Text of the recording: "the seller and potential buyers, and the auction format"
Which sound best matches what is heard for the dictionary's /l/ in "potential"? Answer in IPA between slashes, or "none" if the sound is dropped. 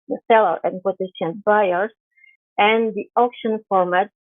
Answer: /n/